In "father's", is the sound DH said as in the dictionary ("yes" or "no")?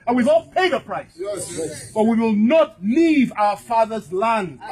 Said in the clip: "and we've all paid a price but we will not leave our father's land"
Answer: yes